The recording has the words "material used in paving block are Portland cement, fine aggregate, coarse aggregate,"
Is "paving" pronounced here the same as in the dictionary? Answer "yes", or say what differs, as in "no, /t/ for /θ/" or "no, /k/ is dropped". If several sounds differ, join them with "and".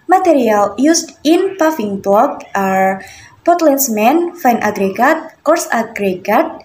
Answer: no, /f/ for /v/